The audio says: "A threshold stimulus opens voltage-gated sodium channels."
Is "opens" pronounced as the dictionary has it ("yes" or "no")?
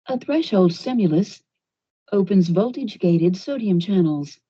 yes